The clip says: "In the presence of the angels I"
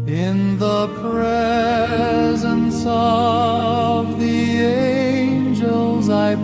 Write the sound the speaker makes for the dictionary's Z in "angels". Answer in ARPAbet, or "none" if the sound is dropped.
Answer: Z